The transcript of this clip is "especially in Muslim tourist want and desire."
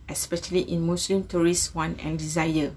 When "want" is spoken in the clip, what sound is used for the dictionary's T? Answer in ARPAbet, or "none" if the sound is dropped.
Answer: none